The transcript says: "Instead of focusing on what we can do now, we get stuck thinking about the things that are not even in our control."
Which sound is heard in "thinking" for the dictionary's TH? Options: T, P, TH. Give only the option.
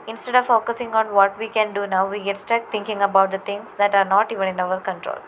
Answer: T